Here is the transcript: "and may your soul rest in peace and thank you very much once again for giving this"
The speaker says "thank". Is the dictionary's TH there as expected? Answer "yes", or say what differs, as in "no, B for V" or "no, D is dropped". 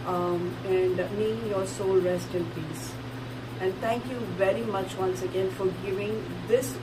no, T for TH